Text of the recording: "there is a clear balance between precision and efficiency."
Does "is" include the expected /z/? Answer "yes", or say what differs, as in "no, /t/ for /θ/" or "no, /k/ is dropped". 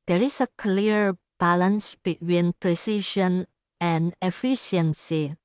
no, /s/ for /z/